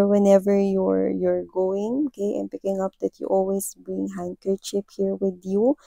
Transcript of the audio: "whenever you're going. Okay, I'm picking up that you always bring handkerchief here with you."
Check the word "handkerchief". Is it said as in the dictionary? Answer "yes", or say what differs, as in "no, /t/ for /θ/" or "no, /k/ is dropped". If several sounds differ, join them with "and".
no, /p/ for /f/